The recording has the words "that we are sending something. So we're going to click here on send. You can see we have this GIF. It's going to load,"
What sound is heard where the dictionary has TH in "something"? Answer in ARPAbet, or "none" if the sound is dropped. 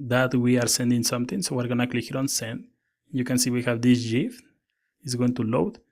T